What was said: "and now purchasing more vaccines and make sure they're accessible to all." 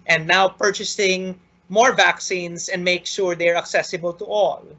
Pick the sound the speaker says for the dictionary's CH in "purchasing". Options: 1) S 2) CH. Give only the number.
2